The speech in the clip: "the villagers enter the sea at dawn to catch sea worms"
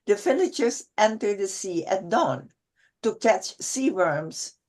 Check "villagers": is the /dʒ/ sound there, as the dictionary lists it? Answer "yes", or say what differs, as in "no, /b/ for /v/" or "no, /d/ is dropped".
no, /tʃ/ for /dʒ/